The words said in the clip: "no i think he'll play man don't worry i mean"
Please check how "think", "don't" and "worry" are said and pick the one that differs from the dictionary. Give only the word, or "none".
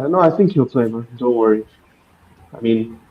none